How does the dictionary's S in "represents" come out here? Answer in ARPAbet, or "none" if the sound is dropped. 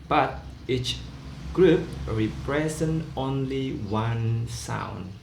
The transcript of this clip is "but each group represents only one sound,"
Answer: none